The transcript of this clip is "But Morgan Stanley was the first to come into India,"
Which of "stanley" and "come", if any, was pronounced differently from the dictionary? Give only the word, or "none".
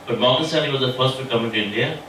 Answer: stanley